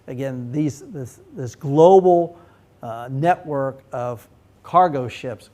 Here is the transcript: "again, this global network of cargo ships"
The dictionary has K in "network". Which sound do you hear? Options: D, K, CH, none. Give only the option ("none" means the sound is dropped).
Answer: K